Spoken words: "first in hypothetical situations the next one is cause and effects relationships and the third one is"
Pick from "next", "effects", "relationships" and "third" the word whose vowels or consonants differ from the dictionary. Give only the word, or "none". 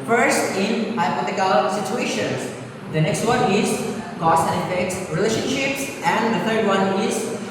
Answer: third